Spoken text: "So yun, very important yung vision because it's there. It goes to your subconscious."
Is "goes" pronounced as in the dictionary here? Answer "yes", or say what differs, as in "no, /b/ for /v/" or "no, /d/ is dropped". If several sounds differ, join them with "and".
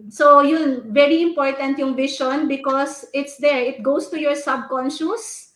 no, /s/ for /z/